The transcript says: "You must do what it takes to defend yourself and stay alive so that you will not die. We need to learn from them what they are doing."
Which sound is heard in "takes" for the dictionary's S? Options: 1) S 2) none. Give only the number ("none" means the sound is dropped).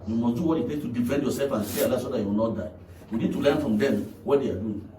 2